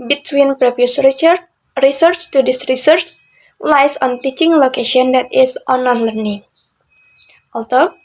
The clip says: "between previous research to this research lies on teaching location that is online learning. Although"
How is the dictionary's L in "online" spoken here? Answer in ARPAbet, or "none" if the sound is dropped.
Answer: none